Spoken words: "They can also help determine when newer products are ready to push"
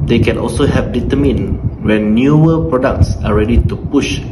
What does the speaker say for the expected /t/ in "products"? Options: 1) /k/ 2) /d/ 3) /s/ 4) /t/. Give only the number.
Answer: 4